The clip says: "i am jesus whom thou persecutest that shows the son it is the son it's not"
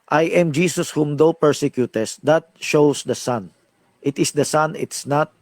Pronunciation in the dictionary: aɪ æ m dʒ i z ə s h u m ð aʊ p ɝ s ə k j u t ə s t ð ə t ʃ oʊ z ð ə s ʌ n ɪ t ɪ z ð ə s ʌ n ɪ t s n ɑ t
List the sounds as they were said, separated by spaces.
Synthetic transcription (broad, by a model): aɪ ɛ m dʒ i s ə s h u m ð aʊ p ɝ s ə k j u t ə s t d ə t ʃ oʊ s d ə s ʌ n ɪ t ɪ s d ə s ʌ n ɪ t s n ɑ t